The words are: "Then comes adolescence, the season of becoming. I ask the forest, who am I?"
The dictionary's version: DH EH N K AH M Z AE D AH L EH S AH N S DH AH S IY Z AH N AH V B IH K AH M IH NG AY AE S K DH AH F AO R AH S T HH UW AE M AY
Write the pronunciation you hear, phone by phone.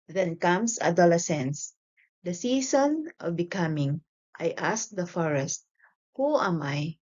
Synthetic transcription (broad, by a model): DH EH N K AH M S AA D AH L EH S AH N S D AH S IY S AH N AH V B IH K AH M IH NG AY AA S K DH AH F AO R AH S T HH UW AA M AY